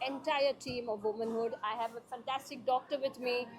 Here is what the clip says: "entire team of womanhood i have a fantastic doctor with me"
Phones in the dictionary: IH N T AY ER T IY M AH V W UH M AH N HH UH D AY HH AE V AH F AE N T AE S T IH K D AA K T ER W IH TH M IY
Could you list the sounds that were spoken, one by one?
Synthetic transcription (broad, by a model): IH N T AY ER T IY M AH V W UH M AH N HH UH D AY HH AE V AH F AE N T AE S T IH K D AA K T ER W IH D M IY